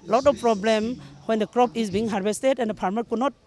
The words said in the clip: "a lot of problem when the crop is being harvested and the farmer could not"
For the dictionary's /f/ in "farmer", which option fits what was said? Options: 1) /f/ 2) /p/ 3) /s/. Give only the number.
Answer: 2